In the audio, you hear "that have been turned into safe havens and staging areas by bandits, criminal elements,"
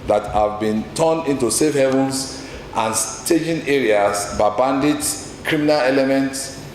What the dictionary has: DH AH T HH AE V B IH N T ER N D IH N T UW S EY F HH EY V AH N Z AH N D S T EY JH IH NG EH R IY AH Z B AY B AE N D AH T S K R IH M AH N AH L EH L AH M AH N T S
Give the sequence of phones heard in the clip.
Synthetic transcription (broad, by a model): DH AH T HH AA V B IH N T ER N IH N T UW S EY F HH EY V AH N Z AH N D S T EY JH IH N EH R IY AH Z B AY B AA N D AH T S K R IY M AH N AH L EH L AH M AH N T S